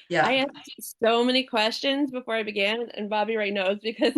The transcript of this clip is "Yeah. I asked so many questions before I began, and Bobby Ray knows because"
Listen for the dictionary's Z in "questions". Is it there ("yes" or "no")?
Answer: yes